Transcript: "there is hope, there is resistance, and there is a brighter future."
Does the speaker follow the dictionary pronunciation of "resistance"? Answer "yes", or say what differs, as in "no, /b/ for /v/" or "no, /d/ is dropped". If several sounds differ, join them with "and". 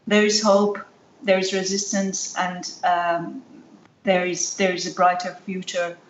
yes